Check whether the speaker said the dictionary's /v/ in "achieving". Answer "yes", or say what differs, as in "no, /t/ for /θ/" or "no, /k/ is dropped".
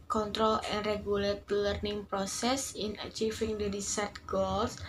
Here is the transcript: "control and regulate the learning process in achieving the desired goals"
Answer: no, /f/ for /v/